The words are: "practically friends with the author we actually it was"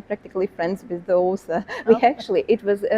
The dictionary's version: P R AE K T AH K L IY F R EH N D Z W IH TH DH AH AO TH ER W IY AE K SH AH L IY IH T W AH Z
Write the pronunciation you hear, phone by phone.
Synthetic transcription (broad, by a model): P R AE K T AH K L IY F R EH N D Z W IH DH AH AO S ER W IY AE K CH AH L IY IH T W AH Z